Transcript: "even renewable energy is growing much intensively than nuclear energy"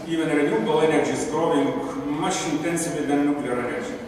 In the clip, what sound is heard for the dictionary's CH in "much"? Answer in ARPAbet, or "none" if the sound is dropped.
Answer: SH